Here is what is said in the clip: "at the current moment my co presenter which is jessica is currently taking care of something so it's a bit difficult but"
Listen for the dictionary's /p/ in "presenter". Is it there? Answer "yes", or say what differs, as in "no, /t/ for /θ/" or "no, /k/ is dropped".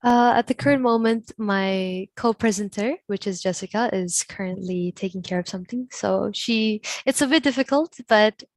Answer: yes